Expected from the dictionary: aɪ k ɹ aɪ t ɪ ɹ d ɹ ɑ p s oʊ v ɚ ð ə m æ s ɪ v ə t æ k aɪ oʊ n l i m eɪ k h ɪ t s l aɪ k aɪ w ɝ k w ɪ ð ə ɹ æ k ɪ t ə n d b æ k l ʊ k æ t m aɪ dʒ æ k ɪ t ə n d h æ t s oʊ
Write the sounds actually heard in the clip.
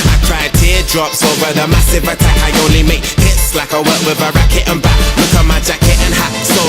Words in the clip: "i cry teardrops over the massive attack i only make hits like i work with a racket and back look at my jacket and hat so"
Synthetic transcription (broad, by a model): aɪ k ɹ aɪ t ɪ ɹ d ɹ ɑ p s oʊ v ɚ ð ə m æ s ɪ v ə t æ k aɪ oʊ n l i m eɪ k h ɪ t s l aɪ k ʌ w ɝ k w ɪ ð ə ɹ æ k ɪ t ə n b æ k w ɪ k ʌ m aɪ dʒ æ k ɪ t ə n h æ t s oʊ